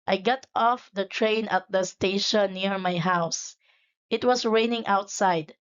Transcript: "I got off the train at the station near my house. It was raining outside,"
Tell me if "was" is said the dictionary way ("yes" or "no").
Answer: no